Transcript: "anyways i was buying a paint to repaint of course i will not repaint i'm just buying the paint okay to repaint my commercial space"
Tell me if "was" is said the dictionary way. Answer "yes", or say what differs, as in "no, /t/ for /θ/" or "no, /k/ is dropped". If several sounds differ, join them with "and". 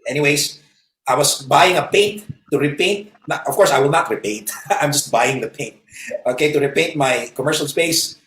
no, /s/ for /z/